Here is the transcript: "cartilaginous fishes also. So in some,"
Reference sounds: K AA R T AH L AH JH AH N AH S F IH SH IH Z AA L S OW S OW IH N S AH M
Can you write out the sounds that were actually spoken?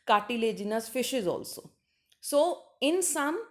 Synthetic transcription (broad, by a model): K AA T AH L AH JH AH N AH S F IH SH IH Z AA L S OW S OW IH N S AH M